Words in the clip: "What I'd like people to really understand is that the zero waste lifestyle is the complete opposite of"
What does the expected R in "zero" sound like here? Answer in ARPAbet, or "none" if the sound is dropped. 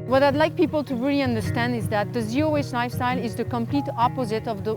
none